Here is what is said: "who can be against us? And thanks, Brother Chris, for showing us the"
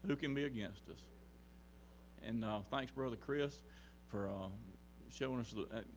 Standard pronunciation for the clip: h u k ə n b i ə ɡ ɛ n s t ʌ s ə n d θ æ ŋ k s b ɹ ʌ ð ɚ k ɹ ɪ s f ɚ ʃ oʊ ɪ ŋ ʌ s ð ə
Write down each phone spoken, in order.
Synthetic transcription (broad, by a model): h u k ə n b i ə ɡ ɛ n s t ʌ s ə n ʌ θ æ ŋ k s b ɹ ʌ ð ɚ k ɹ ɪ s f ɚ ʃ oʊ ɪ ŋ ʌ s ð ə